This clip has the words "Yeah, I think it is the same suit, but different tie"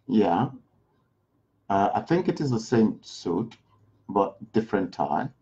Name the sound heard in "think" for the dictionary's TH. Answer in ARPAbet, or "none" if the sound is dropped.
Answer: TH